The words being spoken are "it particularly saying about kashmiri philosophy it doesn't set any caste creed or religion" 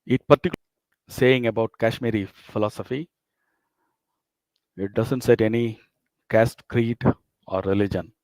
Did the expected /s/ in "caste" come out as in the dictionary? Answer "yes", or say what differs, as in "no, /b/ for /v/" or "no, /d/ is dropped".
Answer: yes